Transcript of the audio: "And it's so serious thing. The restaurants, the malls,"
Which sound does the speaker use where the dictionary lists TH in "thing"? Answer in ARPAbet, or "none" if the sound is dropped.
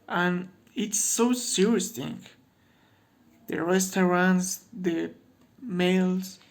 T